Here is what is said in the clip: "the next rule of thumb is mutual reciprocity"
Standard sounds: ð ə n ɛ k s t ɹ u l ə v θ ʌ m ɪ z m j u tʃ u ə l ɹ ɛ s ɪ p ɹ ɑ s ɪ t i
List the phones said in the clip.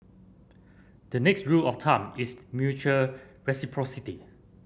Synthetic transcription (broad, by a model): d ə n ɛ k s t ɹ u l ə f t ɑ m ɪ s m j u tʃ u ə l ɹ ɛ s ɪ p ɹ ɑ s ɪ t i